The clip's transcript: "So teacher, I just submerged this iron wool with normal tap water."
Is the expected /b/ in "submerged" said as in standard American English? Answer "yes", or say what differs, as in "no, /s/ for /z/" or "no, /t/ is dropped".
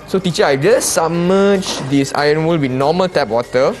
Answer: no, /b/ is dropped